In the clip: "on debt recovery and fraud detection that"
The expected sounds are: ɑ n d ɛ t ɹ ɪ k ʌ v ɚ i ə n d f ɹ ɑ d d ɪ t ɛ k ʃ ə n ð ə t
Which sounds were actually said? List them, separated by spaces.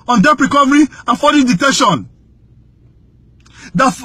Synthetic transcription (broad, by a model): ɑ n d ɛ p ɹ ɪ k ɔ v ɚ i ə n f ɑ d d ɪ t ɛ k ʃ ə n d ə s